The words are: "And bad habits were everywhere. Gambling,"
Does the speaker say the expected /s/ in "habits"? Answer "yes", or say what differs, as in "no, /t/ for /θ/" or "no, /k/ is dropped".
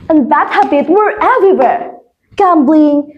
no, /s/ is dropped